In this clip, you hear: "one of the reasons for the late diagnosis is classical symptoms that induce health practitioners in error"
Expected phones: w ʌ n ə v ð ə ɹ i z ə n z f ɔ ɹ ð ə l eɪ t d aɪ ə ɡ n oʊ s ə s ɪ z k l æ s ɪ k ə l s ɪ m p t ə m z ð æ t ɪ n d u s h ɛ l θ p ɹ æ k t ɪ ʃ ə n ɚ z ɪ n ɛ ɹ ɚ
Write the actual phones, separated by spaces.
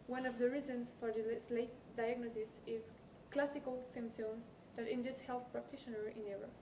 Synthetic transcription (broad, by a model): w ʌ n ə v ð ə ɹ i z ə n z f ɔ ɹ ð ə l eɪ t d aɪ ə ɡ n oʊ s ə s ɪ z k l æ s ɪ k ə l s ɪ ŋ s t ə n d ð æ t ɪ n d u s h ɛ l θ p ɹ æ k t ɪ ʃ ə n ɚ ɪ n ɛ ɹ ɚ